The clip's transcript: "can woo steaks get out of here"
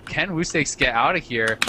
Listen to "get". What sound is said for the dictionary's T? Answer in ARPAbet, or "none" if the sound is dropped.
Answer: T